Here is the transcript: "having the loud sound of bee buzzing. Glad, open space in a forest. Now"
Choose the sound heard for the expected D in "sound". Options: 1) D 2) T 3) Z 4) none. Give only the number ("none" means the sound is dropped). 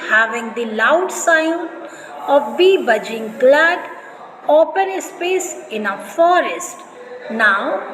4